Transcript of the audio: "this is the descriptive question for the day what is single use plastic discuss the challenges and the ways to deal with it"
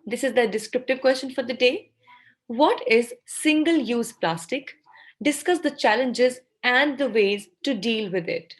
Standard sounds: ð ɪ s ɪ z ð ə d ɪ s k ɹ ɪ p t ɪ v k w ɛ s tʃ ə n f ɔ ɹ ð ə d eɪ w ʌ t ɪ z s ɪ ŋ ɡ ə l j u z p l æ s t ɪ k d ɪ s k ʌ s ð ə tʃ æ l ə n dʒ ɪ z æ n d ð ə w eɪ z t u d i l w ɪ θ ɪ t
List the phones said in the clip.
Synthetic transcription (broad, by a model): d ɪ s ɪ z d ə d ɪ s k ɹ ɪ p t ɪ v k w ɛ s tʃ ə n f ɔ ɹ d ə d eɪ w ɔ t ɪ z s ɪ ŋ ɡ ə l j u z p l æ s t ɪ k d ɪ s k ʌ s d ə tʃ æ l ə n dʒ ɪ z æ n d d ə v eɪ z t u d i l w ɪ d ɪ t